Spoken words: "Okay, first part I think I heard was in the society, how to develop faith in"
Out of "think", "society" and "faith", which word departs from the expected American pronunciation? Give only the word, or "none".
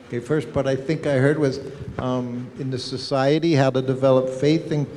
none